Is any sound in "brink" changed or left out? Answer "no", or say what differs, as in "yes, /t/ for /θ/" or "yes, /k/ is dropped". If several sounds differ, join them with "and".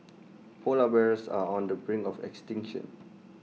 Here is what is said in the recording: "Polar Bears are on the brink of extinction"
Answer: yes, /k/ is dropped